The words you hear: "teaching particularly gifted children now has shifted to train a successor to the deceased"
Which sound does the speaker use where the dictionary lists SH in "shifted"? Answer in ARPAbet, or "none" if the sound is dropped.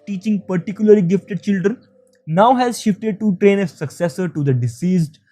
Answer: SH